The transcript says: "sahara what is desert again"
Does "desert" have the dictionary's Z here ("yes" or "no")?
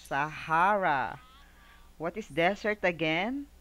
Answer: no